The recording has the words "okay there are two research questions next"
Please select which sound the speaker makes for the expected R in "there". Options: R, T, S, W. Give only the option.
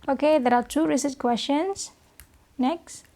R